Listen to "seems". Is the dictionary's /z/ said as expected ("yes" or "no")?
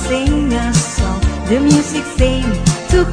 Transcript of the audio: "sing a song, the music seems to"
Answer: no